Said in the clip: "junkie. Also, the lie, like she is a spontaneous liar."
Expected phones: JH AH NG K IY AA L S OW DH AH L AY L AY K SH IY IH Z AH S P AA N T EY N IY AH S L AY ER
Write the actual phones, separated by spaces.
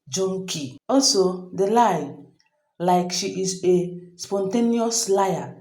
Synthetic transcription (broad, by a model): JH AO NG K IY AA L S OW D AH L AY L AY K SH IY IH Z AH S P AA N T EY N IY AH S L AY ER